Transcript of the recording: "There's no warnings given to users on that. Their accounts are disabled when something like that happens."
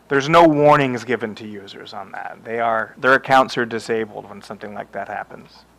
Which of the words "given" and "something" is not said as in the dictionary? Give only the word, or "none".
none